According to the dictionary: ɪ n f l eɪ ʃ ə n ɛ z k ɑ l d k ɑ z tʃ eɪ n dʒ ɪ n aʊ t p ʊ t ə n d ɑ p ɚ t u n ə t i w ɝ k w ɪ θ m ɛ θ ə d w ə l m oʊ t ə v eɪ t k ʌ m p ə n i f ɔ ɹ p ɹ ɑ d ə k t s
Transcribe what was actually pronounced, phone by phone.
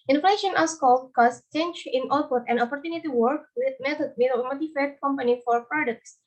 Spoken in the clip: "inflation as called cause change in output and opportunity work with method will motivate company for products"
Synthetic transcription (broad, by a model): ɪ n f l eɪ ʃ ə n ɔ s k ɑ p k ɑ s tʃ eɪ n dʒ ɪ n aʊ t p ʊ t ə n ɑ p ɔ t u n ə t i w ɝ k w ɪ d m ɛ t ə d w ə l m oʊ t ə f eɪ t k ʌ m p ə n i f ɔ ɹ p ɹ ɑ d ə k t s